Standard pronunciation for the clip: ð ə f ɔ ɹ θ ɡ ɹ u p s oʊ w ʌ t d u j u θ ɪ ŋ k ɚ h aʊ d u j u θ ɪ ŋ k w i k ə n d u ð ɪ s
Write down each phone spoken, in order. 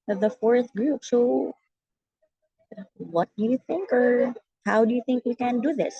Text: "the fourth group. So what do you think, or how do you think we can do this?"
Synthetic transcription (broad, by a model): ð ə f ɔ ɹ θ ɡ ɹ u p s oʊ w ʌ t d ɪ j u θ ɪ ŋ k ɚ h aʊ d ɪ j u θ ɪ ŋ k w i k ə n d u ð ɪ s